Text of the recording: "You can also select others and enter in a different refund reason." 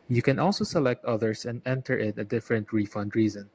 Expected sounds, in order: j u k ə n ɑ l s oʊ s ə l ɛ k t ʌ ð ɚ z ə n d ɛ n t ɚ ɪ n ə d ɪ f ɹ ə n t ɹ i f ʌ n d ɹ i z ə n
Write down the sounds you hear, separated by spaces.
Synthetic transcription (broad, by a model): j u k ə n ɑ l s oʊ s ə l ɛ k t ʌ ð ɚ s ə n d ɛ n t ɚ ɪ n ə d ɪ f ɹ ə n t ɹ i f ʌ n d ɹ i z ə n